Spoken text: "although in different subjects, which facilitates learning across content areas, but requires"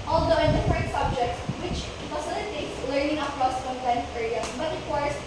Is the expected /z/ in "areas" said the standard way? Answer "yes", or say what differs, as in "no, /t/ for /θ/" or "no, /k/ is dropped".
no, /z/ is dropped